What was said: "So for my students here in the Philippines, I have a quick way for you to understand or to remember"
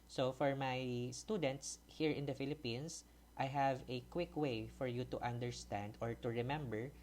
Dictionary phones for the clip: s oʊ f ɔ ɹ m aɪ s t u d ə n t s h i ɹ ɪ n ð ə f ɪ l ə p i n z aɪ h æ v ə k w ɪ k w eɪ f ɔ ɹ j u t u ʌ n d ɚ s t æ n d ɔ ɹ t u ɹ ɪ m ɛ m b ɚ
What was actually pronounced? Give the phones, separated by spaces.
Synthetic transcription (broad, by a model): s oʊ f ɔ ɹ m aɪ s t u d ə n t s h i ɹ ɪ n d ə f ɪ l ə p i n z aɪ h æ v ə k w ɪ k w eɪ f ɔ ɹ j u t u ʌ n d ɚ s t æ n d ɔ ɹ t u ɹ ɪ m ɛ m b ɚ